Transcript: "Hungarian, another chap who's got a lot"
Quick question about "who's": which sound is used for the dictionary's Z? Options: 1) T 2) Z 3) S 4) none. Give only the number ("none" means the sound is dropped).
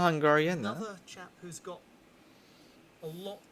2